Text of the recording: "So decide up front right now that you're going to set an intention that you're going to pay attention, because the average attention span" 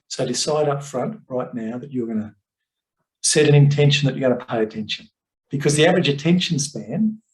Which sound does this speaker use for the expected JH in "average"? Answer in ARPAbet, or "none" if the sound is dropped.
JH